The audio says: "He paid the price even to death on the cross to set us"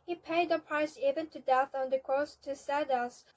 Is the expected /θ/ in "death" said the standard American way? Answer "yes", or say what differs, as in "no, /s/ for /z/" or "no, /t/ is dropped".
yes